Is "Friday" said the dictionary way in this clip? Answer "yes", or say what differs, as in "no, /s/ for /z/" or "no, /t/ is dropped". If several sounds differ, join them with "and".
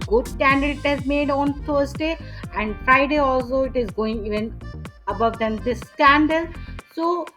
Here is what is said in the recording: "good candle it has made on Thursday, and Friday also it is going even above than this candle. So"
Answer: yes